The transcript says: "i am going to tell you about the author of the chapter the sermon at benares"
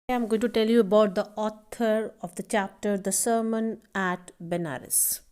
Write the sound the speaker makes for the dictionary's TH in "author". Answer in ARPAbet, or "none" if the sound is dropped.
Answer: T